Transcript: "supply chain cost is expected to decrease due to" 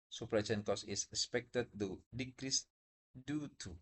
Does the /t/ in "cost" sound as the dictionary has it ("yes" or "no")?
no